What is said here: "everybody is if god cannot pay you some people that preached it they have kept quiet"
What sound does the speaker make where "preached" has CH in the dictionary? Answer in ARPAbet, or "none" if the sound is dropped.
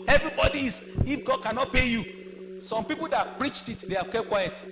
CH